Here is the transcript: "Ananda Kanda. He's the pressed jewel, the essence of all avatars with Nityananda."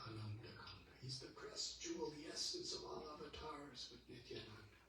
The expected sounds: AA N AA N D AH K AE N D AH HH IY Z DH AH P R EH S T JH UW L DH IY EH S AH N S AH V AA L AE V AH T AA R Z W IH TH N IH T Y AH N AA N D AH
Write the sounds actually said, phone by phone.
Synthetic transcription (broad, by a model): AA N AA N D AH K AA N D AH HH IY Z DH AH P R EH S JH UW L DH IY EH S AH N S AH V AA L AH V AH T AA R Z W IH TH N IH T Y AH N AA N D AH